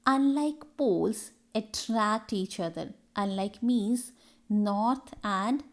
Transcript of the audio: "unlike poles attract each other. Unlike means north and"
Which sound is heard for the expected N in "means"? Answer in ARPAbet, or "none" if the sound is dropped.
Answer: none